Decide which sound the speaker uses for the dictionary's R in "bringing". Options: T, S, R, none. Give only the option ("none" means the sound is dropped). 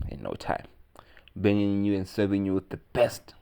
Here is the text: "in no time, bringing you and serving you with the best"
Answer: none